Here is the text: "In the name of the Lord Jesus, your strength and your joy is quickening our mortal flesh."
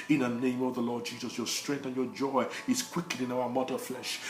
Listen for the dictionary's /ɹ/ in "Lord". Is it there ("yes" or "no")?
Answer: yes